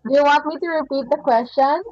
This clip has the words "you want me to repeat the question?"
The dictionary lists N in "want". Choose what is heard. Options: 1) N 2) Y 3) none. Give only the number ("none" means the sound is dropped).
1